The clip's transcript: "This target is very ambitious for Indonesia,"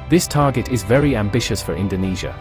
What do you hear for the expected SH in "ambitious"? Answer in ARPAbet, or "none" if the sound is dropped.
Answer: SH